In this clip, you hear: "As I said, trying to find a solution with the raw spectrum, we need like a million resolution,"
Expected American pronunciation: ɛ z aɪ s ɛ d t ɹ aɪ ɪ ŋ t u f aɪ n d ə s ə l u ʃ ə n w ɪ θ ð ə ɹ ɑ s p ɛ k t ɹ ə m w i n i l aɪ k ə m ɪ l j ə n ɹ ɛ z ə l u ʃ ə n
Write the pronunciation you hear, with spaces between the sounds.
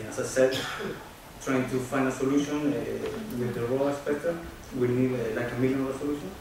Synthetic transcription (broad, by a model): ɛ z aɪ s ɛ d t ɹ aɪ ɪ ŋ t u f aɪ n d ə s ə l u ʃ ə n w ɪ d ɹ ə l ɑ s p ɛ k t ə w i n i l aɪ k ə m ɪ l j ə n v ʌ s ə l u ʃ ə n